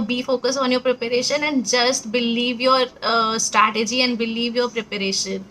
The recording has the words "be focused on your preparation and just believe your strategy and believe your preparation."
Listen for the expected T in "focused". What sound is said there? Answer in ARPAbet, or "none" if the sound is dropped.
none